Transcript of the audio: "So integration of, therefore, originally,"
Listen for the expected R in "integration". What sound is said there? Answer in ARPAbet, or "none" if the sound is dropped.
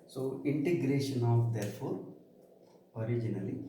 R